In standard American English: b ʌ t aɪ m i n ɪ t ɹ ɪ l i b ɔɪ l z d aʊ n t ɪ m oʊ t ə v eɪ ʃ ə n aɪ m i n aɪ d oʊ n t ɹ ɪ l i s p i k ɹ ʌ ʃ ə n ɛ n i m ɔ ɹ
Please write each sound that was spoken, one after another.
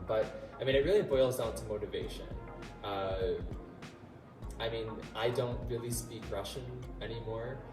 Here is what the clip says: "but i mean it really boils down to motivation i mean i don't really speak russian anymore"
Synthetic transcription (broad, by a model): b ʌ t aɪ m i n ɪ t ɹ ɪ l i b ɔɪ l z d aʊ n t ɪ m oʊ t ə v eɪ ʃ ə n aɪ m i n aɪ d oʊ n t ɹ ɪ l i s p i k ɹ ʌ ʃ ə n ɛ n i m ɔ ɹ